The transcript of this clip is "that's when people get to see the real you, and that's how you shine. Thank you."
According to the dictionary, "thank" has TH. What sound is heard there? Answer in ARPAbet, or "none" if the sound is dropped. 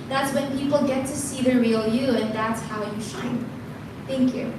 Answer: TH